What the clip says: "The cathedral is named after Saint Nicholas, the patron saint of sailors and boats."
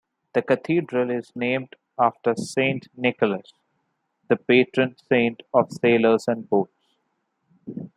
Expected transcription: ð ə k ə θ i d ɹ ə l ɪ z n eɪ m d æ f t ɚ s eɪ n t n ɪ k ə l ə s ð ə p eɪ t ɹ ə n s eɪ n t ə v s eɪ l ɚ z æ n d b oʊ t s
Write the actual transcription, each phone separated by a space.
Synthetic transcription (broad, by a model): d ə k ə t i d ɹ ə l ɪ z n eɪ m d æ f t ɚ s eɪ n t n ɪ k ə l ə s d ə p eɪ t ɹ ə n s eɪ n t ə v s eɪ l ɚ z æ n d b oʊ t s